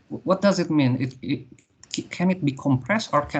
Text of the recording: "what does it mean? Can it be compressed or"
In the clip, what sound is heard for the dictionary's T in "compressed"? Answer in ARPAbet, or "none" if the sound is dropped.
T